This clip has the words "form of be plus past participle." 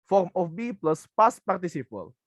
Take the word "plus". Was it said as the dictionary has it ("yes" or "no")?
yes